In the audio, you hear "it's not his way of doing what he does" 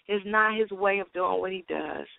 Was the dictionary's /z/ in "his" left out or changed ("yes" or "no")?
no